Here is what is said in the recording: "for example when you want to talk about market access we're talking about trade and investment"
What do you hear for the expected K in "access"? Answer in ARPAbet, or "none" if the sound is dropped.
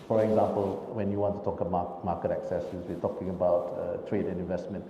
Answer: K